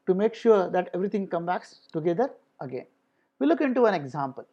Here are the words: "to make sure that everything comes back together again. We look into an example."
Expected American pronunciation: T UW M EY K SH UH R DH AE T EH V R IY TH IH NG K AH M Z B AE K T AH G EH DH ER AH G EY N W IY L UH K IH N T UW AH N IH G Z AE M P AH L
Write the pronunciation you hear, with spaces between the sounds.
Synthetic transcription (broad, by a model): T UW M EY K SH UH R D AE T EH V R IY T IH NG K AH M B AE K T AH G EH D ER AH G EY N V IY L UH K IH N T UW AH N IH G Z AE M P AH L